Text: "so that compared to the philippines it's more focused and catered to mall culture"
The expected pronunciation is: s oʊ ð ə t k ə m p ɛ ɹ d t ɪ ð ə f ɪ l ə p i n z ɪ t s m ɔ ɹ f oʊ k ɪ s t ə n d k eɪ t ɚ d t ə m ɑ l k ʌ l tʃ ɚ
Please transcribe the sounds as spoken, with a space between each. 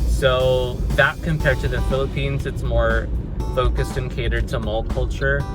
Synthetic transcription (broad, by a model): s oʊ ð ə t k ə m p ɛ ɹ d t ɪ ð ə f ɪ l ə p i n z ɪ t s m ɔ ɹ f oʊ k ɪ s t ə n k eɪ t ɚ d t ə m ɑ l k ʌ l tʃ ɚ